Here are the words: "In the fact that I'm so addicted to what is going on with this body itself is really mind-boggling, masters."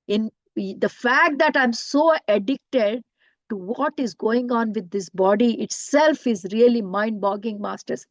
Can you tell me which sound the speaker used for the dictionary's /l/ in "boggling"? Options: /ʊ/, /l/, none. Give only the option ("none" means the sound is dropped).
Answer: none